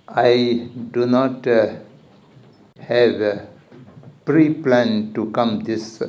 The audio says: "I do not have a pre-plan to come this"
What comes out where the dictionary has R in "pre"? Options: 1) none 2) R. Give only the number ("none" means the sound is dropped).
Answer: 2